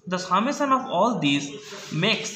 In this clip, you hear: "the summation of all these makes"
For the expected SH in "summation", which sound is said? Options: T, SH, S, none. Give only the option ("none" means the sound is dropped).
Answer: S